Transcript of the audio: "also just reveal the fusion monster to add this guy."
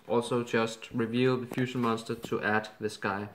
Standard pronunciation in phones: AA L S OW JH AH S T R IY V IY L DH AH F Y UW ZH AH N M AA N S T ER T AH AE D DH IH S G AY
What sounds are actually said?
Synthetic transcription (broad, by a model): AA L S OW JH AH S T R IY V IY L DH AH F Y UW SH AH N M AA N S T ER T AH AE D DH IH S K AY